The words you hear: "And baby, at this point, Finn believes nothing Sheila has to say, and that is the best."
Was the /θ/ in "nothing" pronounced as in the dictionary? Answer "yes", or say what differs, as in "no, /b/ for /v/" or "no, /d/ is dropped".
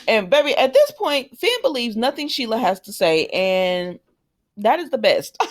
yes